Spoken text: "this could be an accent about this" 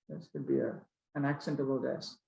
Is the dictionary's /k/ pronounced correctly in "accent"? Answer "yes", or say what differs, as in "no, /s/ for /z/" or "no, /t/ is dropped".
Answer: yes